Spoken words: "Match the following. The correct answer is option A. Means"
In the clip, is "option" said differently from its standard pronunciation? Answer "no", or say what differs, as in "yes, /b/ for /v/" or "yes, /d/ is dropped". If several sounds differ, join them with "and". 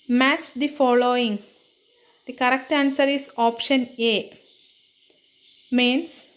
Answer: no